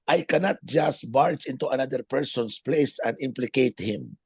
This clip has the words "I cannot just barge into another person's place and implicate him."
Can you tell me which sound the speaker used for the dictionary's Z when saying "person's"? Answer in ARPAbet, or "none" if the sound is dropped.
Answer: S